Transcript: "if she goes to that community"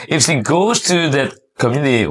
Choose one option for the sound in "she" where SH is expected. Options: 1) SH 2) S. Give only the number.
2